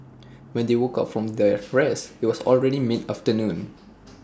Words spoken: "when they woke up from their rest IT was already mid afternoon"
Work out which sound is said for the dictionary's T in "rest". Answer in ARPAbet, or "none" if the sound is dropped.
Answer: none